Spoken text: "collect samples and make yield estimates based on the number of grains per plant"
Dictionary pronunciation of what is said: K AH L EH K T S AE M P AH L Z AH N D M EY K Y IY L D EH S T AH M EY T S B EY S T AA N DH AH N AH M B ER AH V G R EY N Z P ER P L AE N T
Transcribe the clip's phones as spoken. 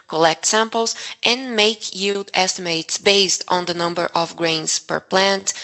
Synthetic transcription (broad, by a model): K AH L EH K T S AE M P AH L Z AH N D M EY K Y IY L D EH S T AH M EY T S B EY S T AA N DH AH N AH M B ER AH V G R EY N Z P ER P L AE N T